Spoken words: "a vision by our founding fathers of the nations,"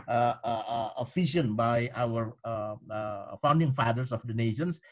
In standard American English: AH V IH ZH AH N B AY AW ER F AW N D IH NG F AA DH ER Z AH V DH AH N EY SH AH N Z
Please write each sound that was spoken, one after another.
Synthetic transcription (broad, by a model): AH F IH SH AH N B AY AW ER F AW N D IH NG F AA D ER S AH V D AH N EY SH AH N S